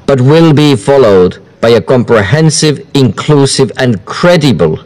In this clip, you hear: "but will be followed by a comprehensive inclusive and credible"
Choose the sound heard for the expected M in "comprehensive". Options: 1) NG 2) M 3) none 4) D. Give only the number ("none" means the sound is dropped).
2